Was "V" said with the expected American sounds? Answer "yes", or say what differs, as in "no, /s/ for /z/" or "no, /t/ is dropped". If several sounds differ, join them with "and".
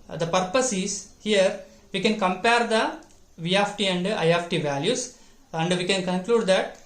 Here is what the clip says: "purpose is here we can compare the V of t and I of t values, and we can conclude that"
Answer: yes